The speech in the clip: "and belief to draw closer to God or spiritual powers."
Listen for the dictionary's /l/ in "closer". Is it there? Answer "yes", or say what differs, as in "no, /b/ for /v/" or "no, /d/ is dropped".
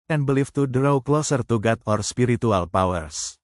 yes